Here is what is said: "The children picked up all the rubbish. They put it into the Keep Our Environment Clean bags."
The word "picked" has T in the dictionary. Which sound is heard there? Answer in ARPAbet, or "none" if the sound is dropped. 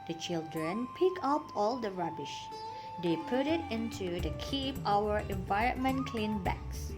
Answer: none